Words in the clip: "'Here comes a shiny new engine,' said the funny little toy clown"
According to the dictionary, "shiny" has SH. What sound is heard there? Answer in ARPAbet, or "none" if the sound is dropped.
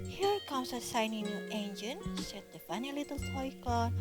S